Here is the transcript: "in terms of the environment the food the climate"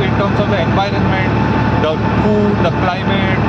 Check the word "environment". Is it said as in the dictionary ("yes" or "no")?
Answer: yes